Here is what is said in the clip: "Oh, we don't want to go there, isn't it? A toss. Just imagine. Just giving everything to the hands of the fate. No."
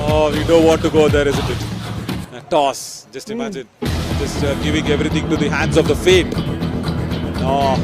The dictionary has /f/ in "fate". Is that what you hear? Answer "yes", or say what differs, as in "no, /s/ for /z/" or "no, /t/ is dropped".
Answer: yes